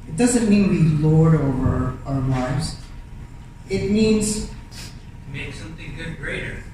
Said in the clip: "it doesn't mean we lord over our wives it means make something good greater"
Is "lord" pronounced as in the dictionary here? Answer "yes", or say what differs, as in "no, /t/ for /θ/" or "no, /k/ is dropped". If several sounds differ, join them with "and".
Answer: yes